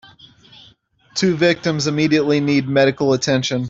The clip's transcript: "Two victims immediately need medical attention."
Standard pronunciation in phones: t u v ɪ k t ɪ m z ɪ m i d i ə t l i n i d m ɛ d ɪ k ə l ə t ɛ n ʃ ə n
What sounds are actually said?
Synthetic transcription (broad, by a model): t u v ɪ k t ɪ m z ɪ m i d i ə t l i n i d m ɛ d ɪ k l ə t ɛ n ʃ ə n